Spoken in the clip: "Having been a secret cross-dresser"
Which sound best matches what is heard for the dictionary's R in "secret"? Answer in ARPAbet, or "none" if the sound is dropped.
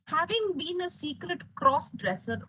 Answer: R